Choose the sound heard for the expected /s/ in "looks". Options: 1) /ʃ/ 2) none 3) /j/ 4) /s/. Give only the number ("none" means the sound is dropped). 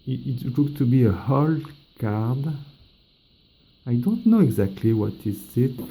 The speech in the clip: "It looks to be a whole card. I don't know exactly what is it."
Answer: 2